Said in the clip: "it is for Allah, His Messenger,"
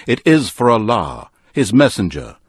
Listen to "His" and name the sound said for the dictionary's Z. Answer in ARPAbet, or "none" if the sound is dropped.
Z